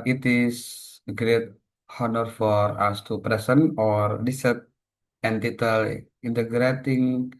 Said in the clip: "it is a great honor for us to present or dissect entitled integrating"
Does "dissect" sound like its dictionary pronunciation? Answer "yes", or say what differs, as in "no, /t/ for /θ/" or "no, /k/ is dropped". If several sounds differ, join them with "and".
no, /k/ is dropped